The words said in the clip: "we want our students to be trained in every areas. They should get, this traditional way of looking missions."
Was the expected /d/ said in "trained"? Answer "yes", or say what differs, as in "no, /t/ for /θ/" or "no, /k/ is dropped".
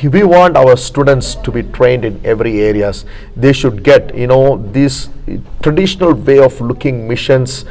yes